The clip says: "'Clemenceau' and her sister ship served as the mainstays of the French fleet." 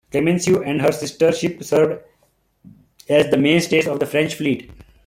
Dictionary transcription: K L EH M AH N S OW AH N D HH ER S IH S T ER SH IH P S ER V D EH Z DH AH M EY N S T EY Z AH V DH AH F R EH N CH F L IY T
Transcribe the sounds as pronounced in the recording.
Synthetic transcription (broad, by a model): K L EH M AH N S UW AH N D HH ER S IH S T ER SH IH P S ER V D EH Z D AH M EY N S T EY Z AH V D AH F R EH N CH F L IY T